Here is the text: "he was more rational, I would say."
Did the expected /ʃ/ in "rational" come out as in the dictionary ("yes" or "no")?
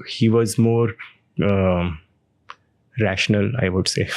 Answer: yes